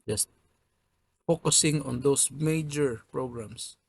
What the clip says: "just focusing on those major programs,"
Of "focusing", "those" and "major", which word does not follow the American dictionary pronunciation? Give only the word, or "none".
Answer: those